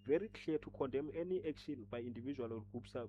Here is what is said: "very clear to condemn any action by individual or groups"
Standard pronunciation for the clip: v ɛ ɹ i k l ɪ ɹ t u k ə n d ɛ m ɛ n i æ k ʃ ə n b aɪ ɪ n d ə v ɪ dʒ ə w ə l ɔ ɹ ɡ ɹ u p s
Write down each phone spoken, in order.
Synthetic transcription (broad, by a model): v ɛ ɹ i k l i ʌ t u k ə n d ɛ m ɛ n i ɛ k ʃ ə n b aɪ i n d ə v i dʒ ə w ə l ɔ l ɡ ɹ u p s